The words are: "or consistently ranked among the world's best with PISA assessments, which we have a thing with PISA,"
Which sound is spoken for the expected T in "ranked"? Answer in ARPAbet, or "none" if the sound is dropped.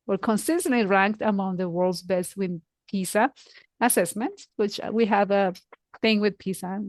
T